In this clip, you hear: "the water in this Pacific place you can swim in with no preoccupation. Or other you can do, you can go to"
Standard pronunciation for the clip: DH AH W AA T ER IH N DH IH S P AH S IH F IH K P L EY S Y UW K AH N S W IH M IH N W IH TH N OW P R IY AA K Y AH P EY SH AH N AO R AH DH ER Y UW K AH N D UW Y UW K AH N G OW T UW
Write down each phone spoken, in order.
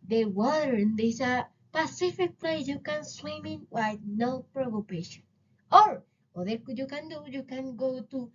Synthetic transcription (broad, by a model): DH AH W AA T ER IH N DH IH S P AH S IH F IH K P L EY Y UW K AH N S W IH M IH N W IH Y N OW P R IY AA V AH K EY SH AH N AO R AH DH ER Y UW K AH N D UW Y UW K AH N G OW T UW